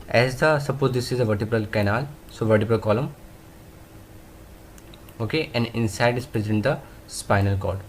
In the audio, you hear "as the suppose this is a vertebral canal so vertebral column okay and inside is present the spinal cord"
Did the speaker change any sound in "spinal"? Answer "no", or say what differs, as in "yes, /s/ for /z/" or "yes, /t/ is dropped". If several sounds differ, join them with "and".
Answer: no